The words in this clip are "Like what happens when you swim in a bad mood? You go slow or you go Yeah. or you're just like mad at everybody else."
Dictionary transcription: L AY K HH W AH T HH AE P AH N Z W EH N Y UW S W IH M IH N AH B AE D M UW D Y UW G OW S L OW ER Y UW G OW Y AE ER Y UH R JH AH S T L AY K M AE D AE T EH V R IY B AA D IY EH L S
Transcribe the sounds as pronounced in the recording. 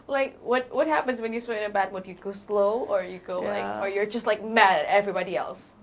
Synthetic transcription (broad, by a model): L AY K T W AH T HH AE P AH N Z W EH N Y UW S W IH IH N AH B AE D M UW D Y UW G OW S L OW ER Y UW G OW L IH ER Y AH R JH AH S T L AY K M AE D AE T EH V R IY B AA D IY EH L S